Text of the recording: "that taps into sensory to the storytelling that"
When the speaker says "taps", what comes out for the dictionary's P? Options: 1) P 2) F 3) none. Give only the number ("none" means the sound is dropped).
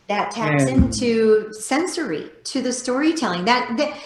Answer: 3